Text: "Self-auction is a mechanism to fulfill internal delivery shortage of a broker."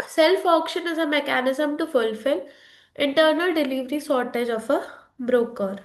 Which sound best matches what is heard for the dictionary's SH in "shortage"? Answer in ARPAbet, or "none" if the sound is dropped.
S